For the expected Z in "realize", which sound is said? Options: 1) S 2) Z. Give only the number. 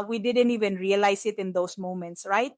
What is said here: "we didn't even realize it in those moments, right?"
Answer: 1